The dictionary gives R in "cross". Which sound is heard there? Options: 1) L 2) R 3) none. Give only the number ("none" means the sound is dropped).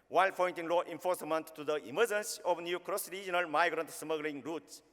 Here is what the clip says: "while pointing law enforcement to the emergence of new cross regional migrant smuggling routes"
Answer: 2